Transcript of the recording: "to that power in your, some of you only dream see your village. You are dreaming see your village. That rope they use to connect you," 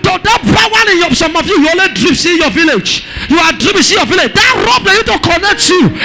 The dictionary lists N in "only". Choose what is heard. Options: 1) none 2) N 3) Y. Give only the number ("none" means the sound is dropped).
1